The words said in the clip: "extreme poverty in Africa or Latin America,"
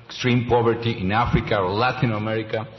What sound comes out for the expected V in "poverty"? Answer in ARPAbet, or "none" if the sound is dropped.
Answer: B